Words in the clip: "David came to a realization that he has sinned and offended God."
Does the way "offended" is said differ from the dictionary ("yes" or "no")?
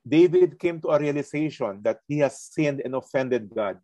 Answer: no